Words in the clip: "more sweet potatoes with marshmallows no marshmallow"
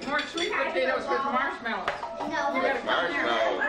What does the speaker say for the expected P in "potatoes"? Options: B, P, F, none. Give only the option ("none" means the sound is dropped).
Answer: B